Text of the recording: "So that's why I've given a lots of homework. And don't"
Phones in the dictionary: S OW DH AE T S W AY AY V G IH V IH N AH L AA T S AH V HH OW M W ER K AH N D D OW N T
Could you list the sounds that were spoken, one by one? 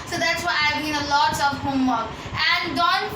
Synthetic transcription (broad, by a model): S OW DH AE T S W AY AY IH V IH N AH L AA T S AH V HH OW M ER AH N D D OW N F